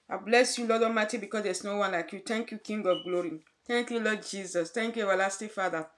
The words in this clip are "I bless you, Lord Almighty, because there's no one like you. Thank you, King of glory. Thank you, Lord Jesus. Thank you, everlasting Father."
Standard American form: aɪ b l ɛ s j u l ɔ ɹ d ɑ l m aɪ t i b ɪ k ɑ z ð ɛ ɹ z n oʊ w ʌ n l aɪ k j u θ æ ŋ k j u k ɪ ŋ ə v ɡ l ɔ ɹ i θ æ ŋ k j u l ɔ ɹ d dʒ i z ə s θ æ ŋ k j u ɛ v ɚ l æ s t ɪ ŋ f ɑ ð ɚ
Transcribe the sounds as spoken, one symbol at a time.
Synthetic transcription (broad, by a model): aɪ b l ɛ s j u l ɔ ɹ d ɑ m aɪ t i b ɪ k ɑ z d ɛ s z n oʊ w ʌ n l aɪ k j u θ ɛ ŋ k j u k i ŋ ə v ɡ l ɔ ɹ i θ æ ŋ k j u l ɔ d dʒ i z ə s t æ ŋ k j u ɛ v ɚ l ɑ s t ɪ f ɑ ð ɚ